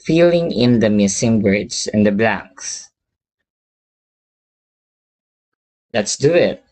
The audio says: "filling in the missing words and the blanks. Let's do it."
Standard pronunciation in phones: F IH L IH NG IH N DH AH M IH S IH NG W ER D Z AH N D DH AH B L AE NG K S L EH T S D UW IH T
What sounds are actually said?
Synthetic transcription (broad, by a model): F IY L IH NG IH N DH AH M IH S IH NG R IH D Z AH N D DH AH B L AE NG K S L EH T S D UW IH T